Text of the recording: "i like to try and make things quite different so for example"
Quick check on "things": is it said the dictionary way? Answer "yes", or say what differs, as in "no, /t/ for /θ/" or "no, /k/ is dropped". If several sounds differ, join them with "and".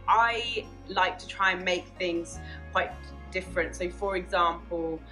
yes